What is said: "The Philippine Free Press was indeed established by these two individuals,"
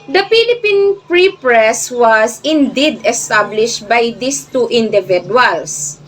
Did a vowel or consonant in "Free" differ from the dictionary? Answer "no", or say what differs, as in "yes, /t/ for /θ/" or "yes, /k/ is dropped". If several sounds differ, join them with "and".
yes, /p/ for /f/